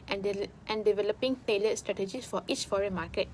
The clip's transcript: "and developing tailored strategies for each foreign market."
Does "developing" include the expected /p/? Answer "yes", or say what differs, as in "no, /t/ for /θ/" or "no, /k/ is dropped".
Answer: yes